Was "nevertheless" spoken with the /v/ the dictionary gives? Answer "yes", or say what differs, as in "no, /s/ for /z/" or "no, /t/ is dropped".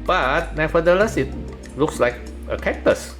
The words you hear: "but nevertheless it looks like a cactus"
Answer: no, /f/ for /v/